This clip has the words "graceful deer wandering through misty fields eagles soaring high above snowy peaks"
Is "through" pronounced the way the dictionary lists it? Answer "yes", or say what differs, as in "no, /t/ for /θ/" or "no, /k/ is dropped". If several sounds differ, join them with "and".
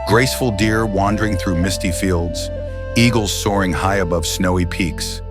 yes